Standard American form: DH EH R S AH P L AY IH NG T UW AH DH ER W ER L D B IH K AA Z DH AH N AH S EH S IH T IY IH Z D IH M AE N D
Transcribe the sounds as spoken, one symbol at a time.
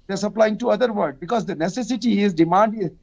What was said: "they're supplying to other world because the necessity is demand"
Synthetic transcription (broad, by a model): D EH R S AH P L AY IH NG T UW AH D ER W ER D B IH K AA Z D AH N AH S EH S IH T IY IH Z D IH M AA N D